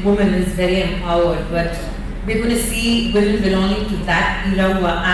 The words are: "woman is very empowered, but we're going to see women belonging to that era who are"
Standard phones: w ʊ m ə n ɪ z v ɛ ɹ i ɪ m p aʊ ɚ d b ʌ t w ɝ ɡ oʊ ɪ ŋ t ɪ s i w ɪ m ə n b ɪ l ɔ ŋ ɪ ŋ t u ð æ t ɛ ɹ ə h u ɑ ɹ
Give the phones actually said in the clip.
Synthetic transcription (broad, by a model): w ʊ m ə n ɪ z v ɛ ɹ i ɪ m aʊ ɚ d b ʌ t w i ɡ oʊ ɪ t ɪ s i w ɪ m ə n b ɪ l ɔ ŋ ɪ ŋ t u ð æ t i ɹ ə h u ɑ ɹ